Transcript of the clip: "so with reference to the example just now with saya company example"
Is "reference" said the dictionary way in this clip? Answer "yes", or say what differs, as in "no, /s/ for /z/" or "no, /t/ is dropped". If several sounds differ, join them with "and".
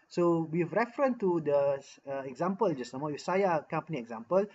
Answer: no, /s/ is dropped